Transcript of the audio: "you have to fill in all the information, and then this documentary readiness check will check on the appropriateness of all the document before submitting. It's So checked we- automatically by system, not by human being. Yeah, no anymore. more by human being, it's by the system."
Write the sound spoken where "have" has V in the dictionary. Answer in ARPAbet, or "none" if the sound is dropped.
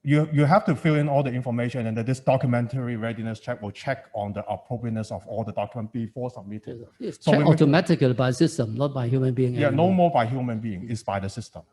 F